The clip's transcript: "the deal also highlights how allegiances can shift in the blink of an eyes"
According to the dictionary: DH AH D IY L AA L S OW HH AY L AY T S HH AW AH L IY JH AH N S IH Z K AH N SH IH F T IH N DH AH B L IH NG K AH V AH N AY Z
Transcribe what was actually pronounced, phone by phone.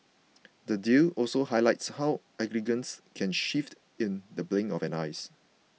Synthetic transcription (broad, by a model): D AH D IY L AA L S OW HH AY L AY T S HH AW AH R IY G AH N S K AH N SH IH F T IH N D AH B L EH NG AH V AH N AY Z